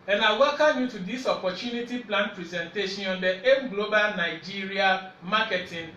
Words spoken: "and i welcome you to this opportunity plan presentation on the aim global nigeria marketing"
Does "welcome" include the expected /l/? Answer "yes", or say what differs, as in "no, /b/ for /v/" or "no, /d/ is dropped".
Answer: no, /l/ is dropped